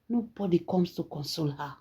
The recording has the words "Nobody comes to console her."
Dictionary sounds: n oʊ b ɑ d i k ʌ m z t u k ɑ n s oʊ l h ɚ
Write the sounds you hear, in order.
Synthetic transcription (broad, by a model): n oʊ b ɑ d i k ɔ m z t u k ɑ n s oʊ l h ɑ